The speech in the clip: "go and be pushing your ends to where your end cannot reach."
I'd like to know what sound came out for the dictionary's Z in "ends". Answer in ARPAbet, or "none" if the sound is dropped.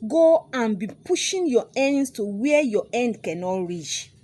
S